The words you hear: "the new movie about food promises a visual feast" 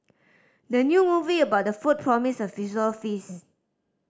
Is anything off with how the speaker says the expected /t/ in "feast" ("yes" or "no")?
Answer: yes